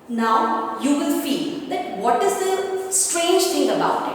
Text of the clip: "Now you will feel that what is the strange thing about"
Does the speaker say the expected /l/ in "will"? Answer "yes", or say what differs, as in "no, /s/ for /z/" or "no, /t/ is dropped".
no, /n/ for /l/